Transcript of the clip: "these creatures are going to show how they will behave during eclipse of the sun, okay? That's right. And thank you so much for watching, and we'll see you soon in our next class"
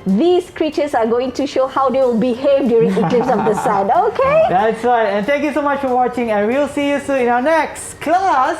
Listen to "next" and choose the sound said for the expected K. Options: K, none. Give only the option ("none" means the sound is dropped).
K